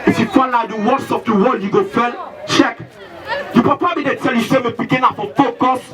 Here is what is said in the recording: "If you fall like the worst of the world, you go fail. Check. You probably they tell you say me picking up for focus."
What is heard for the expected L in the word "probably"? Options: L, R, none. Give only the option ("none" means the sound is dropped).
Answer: none